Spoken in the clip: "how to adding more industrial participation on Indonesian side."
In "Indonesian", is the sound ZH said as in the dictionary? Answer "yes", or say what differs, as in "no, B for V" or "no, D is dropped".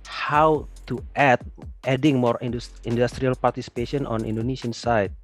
no, S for ZH